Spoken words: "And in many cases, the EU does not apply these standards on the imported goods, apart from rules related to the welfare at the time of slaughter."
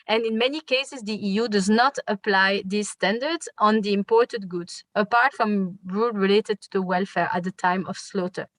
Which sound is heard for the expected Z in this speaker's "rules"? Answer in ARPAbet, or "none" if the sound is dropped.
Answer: none